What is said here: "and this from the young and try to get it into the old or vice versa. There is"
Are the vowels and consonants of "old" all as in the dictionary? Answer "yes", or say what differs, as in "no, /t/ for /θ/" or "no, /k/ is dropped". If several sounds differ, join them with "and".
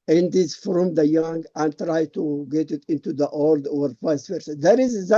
yes